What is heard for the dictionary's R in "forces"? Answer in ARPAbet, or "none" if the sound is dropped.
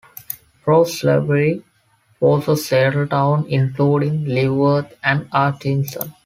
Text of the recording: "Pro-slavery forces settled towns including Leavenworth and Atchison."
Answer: L